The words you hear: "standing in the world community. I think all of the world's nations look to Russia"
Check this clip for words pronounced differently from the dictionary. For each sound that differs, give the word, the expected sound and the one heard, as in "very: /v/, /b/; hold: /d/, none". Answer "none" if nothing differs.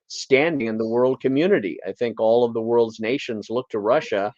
none